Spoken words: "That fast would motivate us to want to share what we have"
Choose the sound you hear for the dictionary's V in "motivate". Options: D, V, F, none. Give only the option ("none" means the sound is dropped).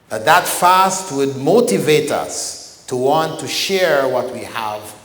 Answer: V